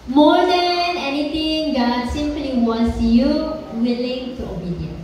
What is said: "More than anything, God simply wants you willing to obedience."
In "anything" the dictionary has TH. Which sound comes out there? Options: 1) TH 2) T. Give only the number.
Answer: 2